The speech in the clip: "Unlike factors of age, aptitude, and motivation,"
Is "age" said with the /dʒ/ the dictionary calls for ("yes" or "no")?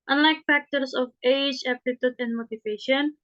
yes